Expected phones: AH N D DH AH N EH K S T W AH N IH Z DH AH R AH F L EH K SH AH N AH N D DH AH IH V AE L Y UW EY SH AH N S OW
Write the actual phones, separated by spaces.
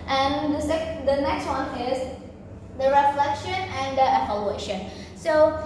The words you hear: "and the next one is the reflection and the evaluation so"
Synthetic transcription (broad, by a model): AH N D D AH N EH K S T W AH N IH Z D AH R AH F L EH K SH AH N AH N D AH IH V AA L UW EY SH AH N S OW